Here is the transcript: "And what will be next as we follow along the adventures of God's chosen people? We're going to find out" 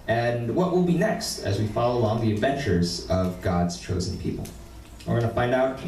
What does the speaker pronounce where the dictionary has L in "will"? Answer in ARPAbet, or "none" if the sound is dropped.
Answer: L